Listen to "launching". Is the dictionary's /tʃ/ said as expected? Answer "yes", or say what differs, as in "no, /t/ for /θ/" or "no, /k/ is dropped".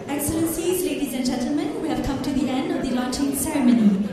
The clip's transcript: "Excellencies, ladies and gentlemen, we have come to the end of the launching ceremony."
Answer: yes